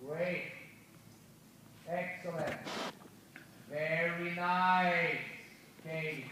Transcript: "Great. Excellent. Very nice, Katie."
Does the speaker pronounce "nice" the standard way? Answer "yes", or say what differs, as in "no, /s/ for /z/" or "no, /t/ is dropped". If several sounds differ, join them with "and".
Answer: no, /s/ is dropped